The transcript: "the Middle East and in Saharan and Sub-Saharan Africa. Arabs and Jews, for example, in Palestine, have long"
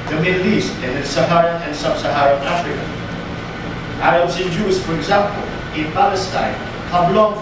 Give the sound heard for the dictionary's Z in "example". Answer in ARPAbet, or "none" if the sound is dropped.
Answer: Z